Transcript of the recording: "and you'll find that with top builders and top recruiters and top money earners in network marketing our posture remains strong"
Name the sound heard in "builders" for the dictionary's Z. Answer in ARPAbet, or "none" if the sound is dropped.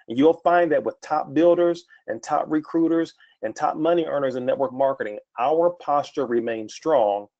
Z